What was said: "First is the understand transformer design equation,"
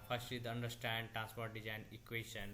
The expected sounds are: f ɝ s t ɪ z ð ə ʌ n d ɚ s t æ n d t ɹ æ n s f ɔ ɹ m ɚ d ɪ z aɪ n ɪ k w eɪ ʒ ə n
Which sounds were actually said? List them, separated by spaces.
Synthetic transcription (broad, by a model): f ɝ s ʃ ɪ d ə ʌ n d ɚ s t æ n d t ɹ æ n s p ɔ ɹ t d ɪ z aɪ n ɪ k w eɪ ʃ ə n